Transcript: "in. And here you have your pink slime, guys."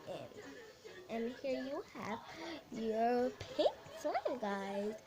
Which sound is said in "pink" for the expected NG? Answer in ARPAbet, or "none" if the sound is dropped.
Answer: none